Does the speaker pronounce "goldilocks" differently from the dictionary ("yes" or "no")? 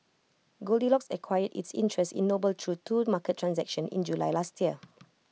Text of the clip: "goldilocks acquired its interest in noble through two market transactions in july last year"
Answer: no